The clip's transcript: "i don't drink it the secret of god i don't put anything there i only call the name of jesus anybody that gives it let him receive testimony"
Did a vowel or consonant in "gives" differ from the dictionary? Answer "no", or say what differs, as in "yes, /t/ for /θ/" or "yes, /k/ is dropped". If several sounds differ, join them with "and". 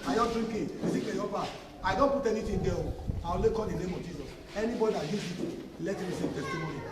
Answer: yes, /v/ is dropped